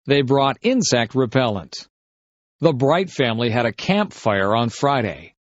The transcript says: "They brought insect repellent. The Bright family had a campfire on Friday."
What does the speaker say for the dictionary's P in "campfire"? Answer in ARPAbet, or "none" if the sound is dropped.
P